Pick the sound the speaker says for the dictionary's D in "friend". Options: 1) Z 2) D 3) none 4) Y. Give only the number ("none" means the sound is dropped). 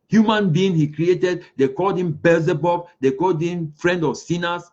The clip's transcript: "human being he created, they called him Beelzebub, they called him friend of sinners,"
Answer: 2